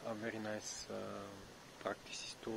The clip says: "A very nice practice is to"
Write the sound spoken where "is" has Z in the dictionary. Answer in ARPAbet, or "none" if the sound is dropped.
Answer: S